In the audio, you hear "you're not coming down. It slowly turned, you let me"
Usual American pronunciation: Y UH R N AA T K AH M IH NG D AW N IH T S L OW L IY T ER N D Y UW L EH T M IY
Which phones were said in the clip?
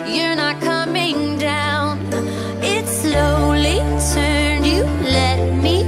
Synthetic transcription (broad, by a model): Y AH R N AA T K AH M IH NG D AW N IH T S L OW L IY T ER N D Y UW L EH T M IY